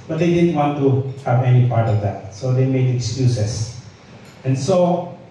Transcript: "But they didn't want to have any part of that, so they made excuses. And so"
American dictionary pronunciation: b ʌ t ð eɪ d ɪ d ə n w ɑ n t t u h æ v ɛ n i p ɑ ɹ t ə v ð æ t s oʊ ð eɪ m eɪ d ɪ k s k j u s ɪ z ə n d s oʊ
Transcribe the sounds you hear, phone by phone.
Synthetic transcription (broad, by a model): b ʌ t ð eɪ d ɪ d ə n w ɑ n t t u h æ v ɛ n i p ɑ ɹ t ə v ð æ t s oʊ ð eɪ m eɪ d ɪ k s k j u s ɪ s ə n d s oʊ